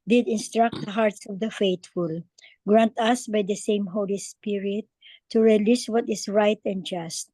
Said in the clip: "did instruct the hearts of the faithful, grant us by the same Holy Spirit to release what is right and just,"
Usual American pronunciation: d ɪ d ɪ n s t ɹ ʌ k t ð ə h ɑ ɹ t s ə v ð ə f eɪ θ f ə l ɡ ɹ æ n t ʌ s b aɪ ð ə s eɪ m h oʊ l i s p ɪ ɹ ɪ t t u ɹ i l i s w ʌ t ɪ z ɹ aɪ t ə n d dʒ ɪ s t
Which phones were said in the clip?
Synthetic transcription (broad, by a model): d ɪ d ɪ n s t ɹ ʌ k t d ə h ɑ ɹ t s ə v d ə f eɪ t f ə l ɡ ɹ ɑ n t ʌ s b aɪ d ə s eɪ m h oʊ l i s p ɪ ɹ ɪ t t u ɹ i l i s w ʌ t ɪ s ɹ aɪ t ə n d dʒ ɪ s t